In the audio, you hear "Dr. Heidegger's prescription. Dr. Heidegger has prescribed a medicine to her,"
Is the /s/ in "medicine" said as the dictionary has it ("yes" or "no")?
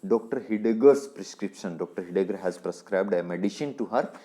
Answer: no